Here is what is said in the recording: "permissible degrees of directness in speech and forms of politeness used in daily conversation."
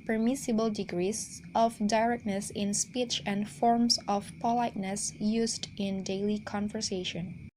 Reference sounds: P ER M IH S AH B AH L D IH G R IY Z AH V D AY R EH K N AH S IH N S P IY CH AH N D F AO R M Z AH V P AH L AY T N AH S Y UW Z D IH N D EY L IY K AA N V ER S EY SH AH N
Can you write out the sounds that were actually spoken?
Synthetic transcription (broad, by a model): P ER M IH S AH B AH L D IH G R IY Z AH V D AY R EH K N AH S IH N S P IY CH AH N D F AO R M S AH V P AH L AY T N AH S Y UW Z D IH N D EY L IY K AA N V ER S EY SH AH N